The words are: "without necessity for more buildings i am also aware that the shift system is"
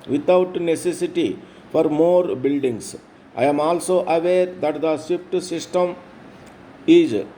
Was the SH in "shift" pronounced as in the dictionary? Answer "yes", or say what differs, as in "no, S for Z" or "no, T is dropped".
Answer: no, S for SH